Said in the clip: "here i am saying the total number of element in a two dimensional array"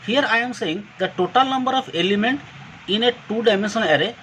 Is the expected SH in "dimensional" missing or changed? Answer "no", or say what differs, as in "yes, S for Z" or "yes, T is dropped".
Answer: yes, S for SH